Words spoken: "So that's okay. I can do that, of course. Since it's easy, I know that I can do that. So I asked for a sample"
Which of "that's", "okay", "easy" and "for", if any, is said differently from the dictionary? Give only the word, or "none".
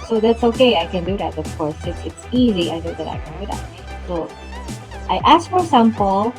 none